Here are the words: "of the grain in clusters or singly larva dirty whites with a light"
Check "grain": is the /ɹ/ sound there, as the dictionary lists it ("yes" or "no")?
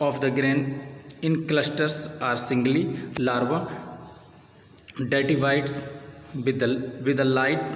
yes